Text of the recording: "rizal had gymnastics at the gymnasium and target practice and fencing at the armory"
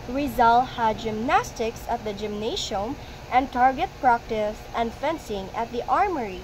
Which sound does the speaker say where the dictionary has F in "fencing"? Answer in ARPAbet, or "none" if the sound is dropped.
F